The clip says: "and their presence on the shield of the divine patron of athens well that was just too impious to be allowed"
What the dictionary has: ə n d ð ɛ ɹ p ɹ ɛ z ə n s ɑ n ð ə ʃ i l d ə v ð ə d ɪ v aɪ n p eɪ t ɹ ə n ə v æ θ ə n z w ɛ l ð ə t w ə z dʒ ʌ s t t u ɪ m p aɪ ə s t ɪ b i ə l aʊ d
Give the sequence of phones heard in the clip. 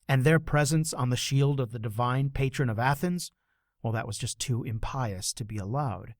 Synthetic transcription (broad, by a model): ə n ð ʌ ɹ p ɹ ɛ z ə n s n ð ə ʃ i l d ə v ð ə d ɪ v aɪ n p eɪ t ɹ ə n ə v æ θ ə n z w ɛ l ð ə t w ə z dʒ ʌ s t t u ɪ m p aɪ ə s t ɪ b i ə l aʊ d